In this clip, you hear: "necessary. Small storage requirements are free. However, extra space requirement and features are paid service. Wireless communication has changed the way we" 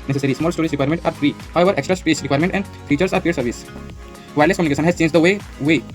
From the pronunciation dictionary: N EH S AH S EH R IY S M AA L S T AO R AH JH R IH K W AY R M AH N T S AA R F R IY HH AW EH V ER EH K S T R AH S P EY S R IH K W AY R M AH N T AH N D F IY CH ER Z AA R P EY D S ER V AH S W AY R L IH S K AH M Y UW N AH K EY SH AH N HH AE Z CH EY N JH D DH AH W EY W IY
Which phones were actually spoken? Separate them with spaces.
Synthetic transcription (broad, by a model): N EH S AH S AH R IY S M AA L S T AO R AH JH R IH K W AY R M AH N T AA R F R IY HH AW EH V ER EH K S T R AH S IY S R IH K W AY R M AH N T AH N D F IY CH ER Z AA R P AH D S ER V AH S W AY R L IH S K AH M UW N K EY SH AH N HH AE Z CH EY N JH D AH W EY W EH